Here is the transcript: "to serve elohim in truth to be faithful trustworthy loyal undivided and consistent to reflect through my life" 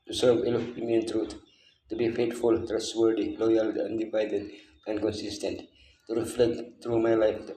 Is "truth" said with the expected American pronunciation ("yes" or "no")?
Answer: no